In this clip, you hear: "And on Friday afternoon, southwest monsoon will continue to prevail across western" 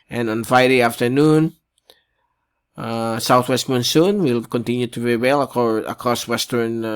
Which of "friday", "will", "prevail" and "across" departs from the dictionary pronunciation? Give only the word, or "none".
prevail